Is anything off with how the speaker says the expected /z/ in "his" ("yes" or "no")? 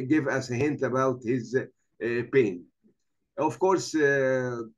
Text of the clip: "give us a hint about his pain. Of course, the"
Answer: no